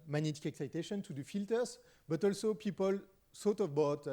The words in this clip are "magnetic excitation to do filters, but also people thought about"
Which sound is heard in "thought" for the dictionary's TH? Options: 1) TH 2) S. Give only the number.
2